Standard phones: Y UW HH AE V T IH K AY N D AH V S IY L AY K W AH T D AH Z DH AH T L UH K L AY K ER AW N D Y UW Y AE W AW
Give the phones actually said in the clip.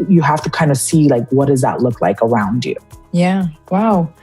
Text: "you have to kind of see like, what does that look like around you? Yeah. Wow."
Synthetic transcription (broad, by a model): Y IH HH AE F T IH K AY N D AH S IY L AY K W AH T D AH Z DH AH T L UH K L AY K ER AW N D Y UW Y AE W AW